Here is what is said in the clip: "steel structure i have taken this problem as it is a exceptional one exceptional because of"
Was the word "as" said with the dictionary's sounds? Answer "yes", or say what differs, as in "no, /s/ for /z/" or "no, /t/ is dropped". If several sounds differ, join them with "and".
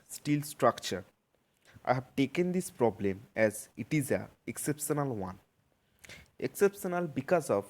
yes